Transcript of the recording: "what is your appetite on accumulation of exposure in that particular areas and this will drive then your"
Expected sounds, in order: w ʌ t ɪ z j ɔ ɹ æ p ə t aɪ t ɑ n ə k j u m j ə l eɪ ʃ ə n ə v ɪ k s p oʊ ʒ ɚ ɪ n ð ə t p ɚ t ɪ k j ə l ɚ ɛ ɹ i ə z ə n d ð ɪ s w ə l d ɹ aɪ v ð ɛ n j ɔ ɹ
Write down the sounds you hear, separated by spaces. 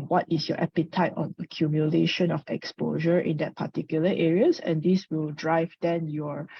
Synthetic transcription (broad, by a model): w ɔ t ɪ s j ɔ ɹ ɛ p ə t aɪ t ɑ n ə k j u m j ə l eɪ ʃ ə n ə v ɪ k s p oʊ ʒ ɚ ɪ n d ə t p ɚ t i k j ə l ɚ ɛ ɹ i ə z ə n d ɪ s w ə l d ɹ aɪ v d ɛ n j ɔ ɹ